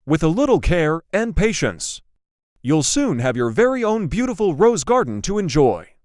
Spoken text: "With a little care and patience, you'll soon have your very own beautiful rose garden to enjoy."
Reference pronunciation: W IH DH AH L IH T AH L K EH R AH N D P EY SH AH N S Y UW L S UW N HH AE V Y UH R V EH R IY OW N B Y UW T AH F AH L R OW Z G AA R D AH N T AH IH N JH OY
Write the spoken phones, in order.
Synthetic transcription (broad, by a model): W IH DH AH L IH T L K EH R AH N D P EY SH AH N S Y UW L S UW N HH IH V Y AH R V EH R IY OW N B Y UW T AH F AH L R OW Z G AA R D N T AH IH N JH OY